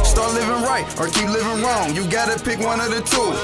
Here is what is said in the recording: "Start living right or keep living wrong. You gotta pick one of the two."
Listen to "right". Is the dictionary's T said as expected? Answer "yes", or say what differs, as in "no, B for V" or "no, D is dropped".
yes